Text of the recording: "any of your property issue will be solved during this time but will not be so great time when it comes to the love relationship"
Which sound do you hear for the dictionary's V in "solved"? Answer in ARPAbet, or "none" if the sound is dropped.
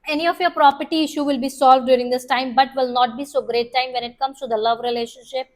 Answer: V